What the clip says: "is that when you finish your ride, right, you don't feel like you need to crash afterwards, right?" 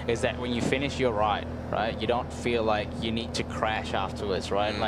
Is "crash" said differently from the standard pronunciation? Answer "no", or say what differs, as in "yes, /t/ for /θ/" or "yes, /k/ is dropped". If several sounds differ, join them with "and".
no